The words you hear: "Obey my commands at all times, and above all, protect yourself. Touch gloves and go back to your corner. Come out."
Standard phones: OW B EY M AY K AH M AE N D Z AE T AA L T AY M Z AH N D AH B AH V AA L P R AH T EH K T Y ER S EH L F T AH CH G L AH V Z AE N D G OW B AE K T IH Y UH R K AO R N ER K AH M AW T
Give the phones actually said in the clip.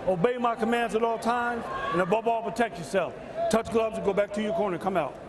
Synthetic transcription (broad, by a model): OW B EY M AY K AH M AE N D Z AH T AA L T AY M Z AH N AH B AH B AA L P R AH T EH K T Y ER S EH L F T AH CH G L AH B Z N G OW B AE K T IH Y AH R K AO R N ER K AH M AW T